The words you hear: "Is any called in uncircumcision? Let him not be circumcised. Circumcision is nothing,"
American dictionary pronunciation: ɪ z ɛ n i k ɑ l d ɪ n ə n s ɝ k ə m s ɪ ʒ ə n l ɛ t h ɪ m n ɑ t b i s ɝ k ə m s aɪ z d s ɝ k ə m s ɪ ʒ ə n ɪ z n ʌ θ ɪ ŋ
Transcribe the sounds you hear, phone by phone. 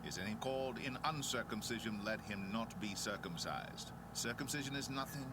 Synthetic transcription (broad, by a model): ɪ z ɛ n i k ɑ l d ɪ n ə n s ɝ k ə m s ɪ ʒ ə n l ɛ t h ɪ m n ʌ t b i s ɝ k ə m s aɪ z d s ɝ k ə m s ɪ ʒ ə n ɪ z n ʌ θ ɪ ŋ